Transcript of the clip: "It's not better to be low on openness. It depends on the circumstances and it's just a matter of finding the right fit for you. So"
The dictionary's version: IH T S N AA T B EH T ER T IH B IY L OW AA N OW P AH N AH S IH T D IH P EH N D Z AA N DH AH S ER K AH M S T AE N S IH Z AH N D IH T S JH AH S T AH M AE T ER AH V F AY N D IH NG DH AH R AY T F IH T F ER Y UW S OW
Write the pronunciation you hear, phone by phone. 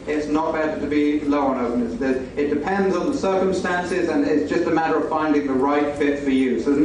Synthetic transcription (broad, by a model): IH T S N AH T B EH T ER T IH B IY L OW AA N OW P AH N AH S IH T D IH P EH N D Z N DH AH S ER K AH M S T AE N S IH Z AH N IH T S JH AH S T AH M AE T ER AH V F AY N D IH NG DH AH R AY T F IH T F ER Y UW S OW